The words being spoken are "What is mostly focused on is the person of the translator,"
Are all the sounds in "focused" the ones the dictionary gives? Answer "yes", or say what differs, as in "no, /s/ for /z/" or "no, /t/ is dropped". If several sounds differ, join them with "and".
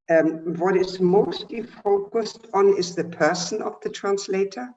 yes